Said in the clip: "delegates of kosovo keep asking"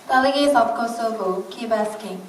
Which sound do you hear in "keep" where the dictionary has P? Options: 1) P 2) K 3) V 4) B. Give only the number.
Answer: 4